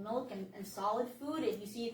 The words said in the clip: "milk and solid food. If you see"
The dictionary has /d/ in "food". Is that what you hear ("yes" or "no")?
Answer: yes